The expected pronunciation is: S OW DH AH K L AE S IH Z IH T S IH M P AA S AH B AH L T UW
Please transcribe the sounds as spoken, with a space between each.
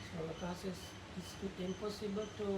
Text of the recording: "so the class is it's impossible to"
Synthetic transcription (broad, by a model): S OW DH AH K AA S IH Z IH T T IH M P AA S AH B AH L T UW